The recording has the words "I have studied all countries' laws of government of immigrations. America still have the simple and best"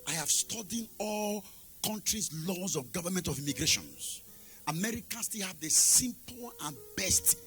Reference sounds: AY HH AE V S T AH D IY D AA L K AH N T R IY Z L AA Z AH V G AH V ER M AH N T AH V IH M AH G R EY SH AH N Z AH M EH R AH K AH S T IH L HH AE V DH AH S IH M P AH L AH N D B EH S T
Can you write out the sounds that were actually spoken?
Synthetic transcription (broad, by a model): AY HH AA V S T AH D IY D AA L K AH N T R IY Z L AA Z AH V G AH V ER M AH N T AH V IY M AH G R EY SH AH N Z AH M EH R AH K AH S T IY L HH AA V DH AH S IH M P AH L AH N B EH S T